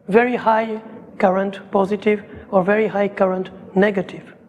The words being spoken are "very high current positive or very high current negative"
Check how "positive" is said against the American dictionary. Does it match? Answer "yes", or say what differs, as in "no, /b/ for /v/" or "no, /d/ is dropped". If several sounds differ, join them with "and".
yes